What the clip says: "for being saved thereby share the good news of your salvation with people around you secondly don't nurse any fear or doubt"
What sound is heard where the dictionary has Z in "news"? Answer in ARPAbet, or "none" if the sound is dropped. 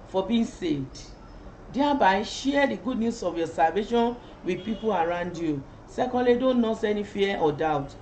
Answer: S